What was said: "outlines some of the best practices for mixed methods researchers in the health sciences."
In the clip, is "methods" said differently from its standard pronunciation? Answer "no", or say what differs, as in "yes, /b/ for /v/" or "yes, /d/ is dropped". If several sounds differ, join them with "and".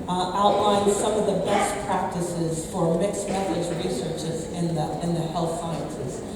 yes, /s/ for /θ/